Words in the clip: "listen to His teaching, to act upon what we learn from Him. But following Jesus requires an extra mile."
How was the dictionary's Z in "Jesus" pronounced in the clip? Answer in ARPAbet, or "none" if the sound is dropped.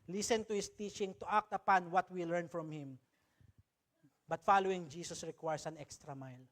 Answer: S